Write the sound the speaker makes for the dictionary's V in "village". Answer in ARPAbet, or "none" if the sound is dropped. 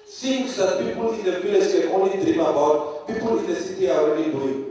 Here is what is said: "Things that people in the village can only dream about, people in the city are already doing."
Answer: F